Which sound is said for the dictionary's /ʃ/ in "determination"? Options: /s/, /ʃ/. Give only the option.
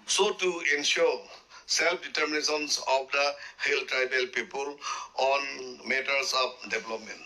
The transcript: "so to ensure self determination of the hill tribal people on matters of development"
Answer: /s/